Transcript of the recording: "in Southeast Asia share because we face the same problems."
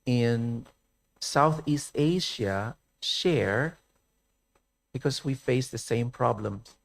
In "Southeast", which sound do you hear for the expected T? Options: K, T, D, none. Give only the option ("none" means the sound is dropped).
T